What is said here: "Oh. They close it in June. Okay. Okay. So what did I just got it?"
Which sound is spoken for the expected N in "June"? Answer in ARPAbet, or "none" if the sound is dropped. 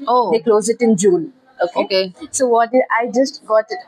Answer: L